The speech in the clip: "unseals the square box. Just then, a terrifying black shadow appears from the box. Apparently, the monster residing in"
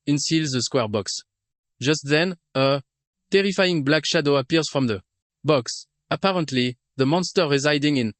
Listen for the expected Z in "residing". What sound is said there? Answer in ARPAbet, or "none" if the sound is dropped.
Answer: Z